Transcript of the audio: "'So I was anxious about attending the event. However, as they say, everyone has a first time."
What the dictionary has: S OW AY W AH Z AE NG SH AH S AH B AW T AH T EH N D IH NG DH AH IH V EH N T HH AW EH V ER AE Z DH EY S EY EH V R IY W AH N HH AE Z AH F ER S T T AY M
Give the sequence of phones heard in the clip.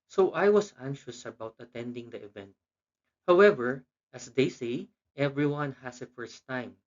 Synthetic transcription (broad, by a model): S OW AY W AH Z AE NG SH AH S AH B AW T AH T EH N D IH NG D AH IH V EH N T HH AW EH V ER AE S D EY S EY EH V R IY W AH N HH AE S AH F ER S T T AY M